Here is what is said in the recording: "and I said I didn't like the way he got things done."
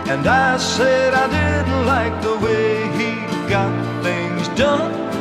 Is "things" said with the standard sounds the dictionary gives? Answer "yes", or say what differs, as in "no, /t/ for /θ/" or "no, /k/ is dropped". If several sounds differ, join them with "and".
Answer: yes